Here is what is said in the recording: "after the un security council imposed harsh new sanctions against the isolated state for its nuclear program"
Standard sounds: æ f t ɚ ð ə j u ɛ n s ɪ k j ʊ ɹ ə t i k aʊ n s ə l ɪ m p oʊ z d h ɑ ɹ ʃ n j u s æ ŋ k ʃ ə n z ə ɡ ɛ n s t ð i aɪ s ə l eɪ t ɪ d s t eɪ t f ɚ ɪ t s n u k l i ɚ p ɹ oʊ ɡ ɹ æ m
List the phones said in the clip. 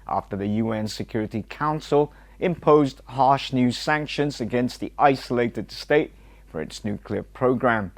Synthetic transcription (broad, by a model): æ f t ɚ ð ə j u ɛ n s ɪ k j ʊ ɹ ə t i k aʊ n s ə l ɪ m p oʊ z d h ɑ ɹ ʃ n j u s æ ŋ k ʃ ə n z ə ɡ ɛ n s t ð i aɪ s ə l eɪ t ɪ d s t eɪ t f ɚ ɪ t s n u k l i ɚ p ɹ oʊ ɡ ɹ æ m